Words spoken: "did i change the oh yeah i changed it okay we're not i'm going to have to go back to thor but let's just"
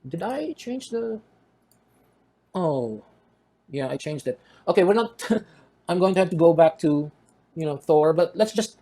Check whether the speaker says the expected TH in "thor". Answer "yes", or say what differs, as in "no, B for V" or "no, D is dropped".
yes